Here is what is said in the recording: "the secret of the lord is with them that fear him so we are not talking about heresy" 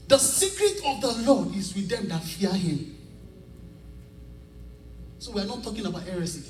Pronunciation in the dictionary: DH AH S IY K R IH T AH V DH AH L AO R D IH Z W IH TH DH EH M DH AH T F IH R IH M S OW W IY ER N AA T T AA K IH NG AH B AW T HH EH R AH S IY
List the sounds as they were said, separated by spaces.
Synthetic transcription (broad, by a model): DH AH S IY K R IH T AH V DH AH L AO D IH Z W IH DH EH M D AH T F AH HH IH M S OW W IY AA N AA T T AA K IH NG AH B AW T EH R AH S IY